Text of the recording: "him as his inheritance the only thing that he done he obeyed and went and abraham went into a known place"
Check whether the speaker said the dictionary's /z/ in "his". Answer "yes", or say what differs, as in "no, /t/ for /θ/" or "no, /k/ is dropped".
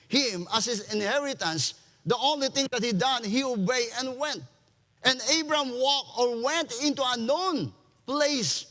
no, /s/ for /z/